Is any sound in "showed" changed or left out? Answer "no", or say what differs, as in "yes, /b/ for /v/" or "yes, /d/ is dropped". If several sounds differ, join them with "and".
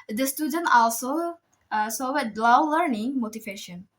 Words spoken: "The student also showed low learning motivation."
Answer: yes, /s/ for /ʃ/